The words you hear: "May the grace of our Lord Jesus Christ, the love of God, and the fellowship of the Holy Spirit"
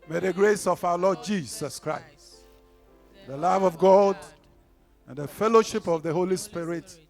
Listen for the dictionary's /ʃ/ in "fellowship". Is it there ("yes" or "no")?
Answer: yes